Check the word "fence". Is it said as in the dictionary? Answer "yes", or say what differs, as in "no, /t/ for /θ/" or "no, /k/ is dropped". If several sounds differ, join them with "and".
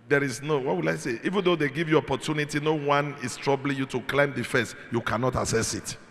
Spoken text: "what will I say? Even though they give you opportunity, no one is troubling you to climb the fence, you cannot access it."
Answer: no, /n/ is dropped